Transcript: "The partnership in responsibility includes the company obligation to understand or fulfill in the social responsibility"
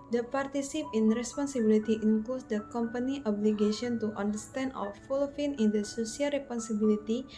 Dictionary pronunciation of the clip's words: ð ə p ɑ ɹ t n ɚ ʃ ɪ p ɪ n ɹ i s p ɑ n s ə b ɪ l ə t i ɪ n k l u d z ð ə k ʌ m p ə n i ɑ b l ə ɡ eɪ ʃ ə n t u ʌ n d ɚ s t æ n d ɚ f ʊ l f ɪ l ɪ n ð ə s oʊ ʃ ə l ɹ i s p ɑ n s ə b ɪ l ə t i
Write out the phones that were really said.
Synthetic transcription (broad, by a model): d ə p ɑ ɹ t i s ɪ p ɪ n ɹ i s p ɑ n s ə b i l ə t i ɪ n k l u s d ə k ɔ m p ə n i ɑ b l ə ɡ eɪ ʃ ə n t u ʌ n d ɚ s t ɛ n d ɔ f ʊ l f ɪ n ɪ n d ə s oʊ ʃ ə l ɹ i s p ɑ n s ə b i l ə t i